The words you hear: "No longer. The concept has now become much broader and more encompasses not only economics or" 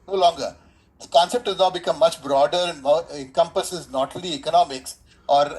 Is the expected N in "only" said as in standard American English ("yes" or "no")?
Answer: no